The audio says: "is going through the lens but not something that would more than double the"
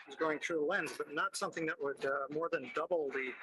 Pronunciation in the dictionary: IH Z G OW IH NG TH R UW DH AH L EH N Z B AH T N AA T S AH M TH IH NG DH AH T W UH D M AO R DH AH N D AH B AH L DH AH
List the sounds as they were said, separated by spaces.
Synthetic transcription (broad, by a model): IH Z G OW IH NG TH R UW L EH N Z B AH T N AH T S AH M TH IH NG DH AH T W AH D M AO R DH AH N D AH B L DH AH